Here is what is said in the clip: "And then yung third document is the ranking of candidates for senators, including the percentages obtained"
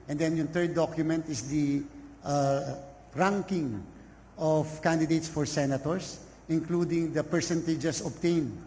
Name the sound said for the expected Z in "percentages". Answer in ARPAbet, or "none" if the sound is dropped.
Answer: S